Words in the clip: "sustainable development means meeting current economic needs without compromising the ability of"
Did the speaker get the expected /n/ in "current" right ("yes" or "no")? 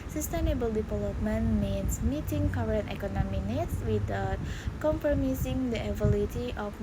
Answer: yes